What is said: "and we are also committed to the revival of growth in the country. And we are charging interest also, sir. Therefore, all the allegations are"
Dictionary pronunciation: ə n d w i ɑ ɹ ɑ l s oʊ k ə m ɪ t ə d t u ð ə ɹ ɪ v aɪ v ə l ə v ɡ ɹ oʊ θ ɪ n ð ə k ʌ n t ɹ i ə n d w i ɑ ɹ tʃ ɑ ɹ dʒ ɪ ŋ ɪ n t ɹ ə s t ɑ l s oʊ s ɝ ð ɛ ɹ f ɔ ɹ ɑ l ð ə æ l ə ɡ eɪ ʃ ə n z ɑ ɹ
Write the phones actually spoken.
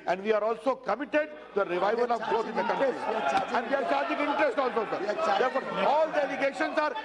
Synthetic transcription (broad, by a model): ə n d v i ɑ ɹ ɑ l s oʊ k ə m ɪ t ə d t u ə ɹ ɪ v aɪ v ə l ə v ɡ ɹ oʊ t ɪ n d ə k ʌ n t ɹ i ə n d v i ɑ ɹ s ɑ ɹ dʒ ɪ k ɪ n t ɹ ə s t ɑ l s oʊ s ɝ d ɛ ɹ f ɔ ɹ ɑ l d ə l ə ɡ eɪ ʃ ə n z ɑ ɹ